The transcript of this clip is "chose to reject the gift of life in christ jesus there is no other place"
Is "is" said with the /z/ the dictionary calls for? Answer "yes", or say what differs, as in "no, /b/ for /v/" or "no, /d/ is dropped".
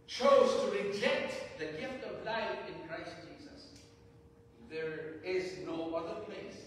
yes